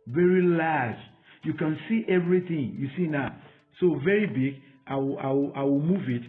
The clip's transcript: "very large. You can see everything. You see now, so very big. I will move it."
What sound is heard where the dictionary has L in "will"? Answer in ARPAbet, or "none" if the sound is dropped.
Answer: W